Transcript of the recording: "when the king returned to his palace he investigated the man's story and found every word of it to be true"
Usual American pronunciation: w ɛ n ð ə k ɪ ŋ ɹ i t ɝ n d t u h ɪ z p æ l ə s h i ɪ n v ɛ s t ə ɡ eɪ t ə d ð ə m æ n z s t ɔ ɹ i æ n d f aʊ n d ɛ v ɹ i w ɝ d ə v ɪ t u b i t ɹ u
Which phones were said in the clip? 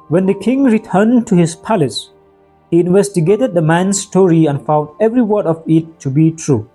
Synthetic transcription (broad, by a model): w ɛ n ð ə k ɪ ŋ ɹ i t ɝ n t u h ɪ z p æ l ə s h i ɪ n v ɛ s t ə ɡ eɪ t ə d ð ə m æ n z s t ɔ ɹ i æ n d f aʊ n d ɛ v ɹ i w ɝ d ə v ɪ t u b i t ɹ u